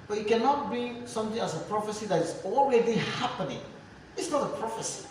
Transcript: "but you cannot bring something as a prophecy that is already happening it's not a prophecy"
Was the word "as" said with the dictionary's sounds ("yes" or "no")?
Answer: no